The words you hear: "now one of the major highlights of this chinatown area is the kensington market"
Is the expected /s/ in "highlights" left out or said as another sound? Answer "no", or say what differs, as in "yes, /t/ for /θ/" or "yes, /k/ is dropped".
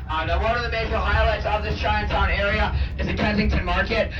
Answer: no